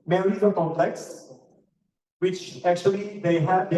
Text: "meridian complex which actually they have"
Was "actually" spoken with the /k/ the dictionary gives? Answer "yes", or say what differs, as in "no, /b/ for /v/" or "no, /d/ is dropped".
yes